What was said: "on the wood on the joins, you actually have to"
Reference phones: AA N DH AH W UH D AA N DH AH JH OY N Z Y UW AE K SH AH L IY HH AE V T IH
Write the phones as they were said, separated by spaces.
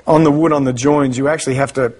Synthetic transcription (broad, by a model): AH N DH AH W UH D N DH AH JH OY N Z Y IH AE K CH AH L IY HH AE F T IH